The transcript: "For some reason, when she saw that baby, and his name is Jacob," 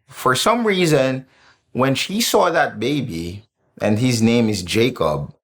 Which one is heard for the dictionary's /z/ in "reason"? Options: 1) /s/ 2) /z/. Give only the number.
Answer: 2